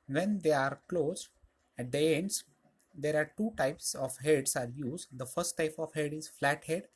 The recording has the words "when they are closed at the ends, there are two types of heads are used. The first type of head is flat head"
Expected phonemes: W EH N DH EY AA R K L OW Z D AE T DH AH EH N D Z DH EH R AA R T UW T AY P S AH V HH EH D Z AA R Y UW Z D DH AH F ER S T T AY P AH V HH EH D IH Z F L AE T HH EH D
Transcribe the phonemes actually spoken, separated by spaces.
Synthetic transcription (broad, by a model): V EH N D EY AA R K L OW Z AE T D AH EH N D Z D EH R AA R T UW T AY P S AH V HH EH D S AA R Y UW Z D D AH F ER S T T AY P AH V HH EH D IH Z F L AE T HH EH D